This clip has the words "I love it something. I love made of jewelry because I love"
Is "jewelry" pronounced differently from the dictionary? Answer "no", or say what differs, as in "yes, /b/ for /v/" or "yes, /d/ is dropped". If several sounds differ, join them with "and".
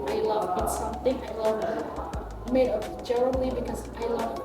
yes, /n/ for /l/